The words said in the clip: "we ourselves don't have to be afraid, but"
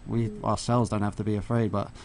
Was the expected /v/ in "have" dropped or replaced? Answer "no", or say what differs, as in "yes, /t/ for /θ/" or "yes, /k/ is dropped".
yes, /f/ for /v/